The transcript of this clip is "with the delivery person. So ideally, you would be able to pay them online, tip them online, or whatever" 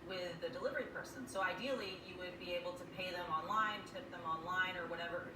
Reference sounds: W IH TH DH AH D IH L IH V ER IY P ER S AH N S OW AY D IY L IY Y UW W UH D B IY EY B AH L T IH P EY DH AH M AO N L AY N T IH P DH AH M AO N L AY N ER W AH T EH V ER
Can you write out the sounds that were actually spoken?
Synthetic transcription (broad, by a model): W IH DH AH D IH L IH V ER IY P ER S AH N S OW AY D IY L IY Y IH W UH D B IY EY B L T IH P EY DH AH M AO N L AY N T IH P DH AH M AO N L AY N ER W AH T EH V ER